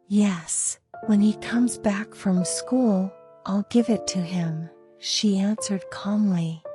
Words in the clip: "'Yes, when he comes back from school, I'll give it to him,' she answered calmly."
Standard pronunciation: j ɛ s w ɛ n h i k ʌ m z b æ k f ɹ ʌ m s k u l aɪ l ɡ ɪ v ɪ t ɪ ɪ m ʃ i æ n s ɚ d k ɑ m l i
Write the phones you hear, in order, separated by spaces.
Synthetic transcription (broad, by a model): j ɛ s w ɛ n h i k ʌ m z b æ k f ɹ ʌ m s k u l aɪ l ɡ ɪ v ɪ t ɪ ɪ m ʃ i æ n s ɚ d k ɑ m l i